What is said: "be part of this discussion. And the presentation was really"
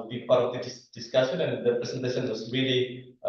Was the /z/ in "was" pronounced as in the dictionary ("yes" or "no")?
no